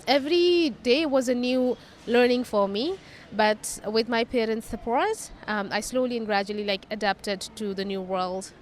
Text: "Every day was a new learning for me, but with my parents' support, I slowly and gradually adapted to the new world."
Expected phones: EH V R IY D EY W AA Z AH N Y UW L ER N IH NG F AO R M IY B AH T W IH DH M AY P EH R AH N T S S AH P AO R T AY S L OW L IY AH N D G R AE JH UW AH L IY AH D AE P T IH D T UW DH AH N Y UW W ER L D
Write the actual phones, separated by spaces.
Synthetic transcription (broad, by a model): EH V R IY D EY W AA Z AH N Y UW L ER N IH NG F AO R M IY B AH T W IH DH M AY P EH R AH N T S S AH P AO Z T AY S L OW L IY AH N G R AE JH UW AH L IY AH D AE P T IH D T UW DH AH N Y UW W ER L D